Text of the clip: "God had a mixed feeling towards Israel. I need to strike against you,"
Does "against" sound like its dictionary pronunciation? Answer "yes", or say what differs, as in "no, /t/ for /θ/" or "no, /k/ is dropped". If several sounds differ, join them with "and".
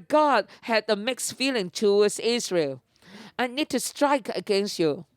yes